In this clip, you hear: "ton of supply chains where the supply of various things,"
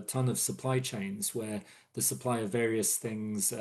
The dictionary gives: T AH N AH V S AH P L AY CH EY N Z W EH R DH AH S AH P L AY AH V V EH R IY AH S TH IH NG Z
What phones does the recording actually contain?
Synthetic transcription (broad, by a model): T AH N AH V S AH P L AY CH EY N Z W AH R DH AH S AH P L AY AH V V EH R IY AH S TH IH NG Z